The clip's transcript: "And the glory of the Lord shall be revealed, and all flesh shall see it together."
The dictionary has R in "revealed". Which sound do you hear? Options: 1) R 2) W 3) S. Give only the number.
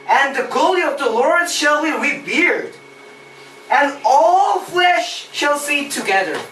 2